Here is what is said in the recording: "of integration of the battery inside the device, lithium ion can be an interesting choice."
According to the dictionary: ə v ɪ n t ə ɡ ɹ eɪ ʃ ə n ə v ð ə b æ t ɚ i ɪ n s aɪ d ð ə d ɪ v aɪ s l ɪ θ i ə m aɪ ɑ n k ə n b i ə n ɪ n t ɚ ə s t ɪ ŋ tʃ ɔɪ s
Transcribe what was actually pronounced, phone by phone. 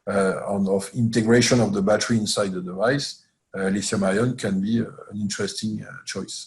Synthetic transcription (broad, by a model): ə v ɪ n t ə ɡ ɹ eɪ ʃ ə n ə v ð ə b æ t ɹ i ɪ n s aɪ d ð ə d ɪ v aɪ s l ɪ s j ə m aɪ ɑ n k ə n b i ə n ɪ n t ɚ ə s t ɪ ŋ tʃ ɔɪ s